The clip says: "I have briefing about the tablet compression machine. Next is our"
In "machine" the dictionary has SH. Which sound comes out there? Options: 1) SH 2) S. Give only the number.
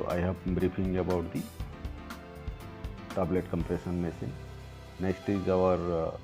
2